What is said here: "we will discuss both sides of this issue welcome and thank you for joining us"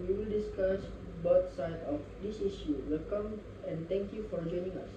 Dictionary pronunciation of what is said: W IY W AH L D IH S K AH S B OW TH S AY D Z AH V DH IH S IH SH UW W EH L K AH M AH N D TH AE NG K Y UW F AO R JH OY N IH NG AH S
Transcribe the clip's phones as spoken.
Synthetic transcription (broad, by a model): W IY W AH L D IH S K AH S B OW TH S AY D AH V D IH S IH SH UW W EH L K AH M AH N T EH NG K Y UW F AO R JH OY N IH NG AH S